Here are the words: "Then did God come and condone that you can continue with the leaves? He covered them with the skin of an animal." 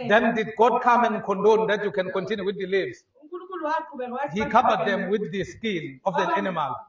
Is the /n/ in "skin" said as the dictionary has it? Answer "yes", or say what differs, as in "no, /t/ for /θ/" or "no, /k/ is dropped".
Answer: no, /l/ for /n/